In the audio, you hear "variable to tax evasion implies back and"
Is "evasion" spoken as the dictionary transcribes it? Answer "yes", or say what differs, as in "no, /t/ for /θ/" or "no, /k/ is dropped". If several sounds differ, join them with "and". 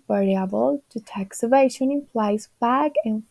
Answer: no, /ʃ/ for /ʒ/